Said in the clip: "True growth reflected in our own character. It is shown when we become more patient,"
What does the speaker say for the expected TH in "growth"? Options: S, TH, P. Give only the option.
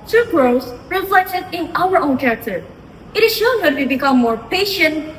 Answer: S